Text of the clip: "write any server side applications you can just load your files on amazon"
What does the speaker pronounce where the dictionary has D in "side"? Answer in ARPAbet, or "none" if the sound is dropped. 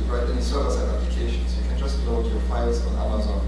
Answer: none